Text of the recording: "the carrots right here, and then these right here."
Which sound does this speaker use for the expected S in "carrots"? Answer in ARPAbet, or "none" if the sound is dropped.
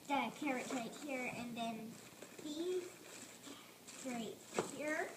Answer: none